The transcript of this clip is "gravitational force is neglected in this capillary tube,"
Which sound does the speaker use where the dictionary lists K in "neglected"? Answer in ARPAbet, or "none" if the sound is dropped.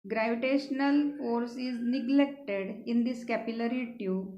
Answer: K